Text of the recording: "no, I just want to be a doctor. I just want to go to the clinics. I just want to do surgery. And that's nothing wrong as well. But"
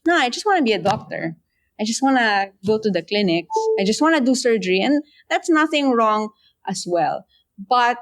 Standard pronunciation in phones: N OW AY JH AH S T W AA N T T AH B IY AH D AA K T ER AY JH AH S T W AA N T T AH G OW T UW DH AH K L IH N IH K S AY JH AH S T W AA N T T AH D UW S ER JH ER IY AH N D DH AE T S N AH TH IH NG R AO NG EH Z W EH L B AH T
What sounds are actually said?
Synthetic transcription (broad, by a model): N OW AY JH AH S T W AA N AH B IY AH D AA K T ER AY JH AH S T W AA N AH G OW T UW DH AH K L IH N IH K S AY JH AH S T W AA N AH D UW S ER JH ER IY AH N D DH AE T S N AH TH IH NG R AO NG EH S W EH L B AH T